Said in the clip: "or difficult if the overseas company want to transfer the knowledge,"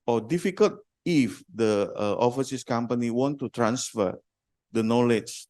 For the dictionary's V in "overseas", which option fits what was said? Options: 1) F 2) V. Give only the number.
1